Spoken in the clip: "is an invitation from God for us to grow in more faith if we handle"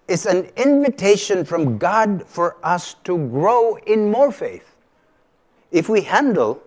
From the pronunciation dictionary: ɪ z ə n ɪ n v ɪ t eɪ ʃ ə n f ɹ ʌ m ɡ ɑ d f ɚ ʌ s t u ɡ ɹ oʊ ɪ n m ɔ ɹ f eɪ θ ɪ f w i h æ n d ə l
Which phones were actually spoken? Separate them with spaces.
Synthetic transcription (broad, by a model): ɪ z ə n ɪ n v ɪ t eɪ ʃ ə n f ɹ ʌ m ɡ ɑ d f ɚ ʌ s t u ɡ ɹ oʊ ɪ n m ɔ ɹ f eɪ θ ɪ f w i h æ n d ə l